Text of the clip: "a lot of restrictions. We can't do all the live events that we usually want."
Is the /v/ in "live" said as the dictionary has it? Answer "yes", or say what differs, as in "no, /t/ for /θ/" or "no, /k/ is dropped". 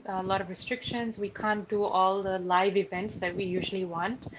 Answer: yes